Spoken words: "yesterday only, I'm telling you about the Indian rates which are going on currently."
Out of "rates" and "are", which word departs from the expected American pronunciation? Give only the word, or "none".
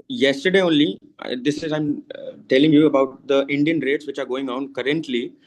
none